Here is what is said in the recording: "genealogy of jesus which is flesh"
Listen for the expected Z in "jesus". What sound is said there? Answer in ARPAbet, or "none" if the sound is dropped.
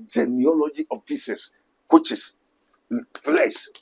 S